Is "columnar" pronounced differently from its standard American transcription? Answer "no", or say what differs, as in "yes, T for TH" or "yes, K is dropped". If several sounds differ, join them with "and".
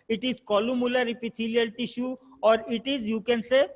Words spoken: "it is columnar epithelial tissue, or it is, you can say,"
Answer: yes, L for N